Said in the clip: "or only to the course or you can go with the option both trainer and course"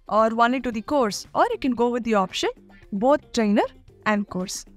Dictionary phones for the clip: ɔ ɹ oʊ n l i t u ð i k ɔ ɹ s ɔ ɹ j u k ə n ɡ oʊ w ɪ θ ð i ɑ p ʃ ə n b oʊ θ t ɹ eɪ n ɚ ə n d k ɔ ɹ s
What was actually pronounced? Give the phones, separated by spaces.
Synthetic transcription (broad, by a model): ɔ ɹ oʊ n i t u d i k ɔ ɹ s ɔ ɹ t k ə n ɡ oʊ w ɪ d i ɑ p ʃ ə n b oʊ t t ɹ eɪ n ɚ ə n d k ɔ ɹ s